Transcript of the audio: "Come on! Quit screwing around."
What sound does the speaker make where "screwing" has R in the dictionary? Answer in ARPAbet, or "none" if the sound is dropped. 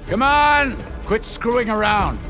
R